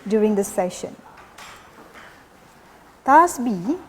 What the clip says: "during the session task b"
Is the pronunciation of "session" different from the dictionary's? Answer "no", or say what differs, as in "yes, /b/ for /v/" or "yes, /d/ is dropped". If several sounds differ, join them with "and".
no